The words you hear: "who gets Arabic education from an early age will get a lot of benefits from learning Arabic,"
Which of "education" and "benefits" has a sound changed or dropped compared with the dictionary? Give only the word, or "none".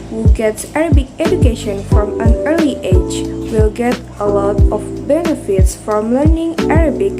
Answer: none